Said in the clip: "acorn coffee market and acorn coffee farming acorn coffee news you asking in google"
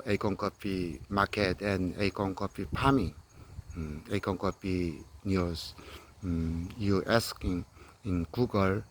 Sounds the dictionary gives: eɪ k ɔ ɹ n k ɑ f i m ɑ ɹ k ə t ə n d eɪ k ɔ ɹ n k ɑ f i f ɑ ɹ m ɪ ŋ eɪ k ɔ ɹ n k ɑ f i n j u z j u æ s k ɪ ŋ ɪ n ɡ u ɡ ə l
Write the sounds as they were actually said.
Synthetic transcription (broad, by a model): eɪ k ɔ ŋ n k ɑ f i m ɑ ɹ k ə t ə n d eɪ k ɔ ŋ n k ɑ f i p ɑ m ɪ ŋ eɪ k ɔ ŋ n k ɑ p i n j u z j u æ s k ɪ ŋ ɪ n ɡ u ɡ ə l